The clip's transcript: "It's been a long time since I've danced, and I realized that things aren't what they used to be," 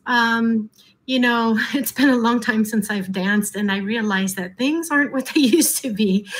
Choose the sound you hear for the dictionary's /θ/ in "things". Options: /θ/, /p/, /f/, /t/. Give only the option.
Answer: /θ/